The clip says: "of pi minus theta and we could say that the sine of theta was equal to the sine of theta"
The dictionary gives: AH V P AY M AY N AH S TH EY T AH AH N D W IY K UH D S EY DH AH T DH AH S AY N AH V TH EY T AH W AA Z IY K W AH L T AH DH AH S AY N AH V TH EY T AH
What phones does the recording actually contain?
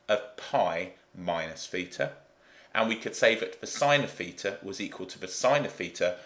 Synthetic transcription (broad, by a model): AH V P AY M AY N AH S F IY T AH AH N W IY K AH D S EY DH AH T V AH S AY N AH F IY T AH W AA Z IY K W AH L T AH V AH S AY N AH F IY T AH